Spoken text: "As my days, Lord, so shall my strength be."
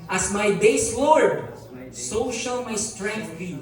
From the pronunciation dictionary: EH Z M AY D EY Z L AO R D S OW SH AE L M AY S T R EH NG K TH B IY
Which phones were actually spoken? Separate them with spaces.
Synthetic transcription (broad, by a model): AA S M AY D EY S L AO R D S OW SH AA L M AY S T R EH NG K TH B IY